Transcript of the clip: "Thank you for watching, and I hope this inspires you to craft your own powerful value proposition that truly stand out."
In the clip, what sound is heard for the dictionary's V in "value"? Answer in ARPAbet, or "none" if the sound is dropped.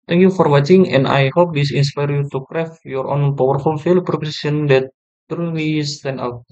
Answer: F